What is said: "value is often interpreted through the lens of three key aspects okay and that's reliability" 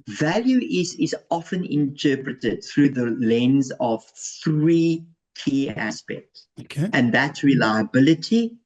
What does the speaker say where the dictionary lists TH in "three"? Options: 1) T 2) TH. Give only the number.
2